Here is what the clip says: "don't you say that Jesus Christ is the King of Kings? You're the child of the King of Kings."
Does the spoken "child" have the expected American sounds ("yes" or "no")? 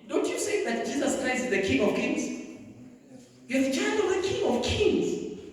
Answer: no